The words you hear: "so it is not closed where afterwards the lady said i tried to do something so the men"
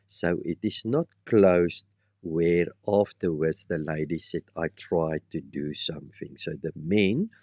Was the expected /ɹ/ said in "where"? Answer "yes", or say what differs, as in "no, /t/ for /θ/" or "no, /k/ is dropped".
yes